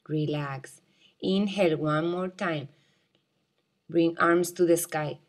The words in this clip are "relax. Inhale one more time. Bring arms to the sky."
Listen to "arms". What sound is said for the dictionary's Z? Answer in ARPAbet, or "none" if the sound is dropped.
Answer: S